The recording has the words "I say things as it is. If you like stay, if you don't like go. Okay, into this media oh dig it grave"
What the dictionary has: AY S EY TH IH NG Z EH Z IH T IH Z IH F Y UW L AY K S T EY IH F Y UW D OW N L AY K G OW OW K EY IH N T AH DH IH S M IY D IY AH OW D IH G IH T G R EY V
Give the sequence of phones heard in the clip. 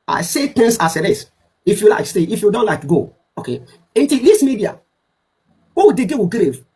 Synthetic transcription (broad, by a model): AY S EY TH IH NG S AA S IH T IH S IH F Y UW L AY K S T EY IH F Y UW D OW N L AY K G OW OW K EY IH N T AH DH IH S M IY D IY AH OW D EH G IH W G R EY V